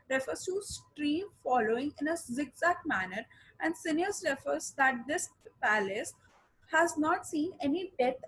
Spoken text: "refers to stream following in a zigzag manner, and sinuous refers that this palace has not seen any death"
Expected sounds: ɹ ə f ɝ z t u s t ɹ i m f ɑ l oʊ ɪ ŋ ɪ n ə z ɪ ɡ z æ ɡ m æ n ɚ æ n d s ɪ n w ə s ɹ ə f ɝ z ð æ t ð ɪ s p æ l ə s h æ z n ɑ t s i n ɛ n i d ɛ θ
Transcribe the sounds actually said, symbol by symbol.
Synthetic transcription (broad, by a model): ɹ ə f ɝ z t u s t ɹ i m f ɑ l oʊ ɪ ŋ ɪ n ə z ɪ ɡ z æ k m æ n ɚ æ n d s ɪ n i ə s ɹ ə f ɝ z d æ t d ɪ s p æ l ə s h æ z n ɑ t s i n ɛ n i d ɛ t